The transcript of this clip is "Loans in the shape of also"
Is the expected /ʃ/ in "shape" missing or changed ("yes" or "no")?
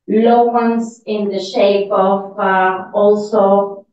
no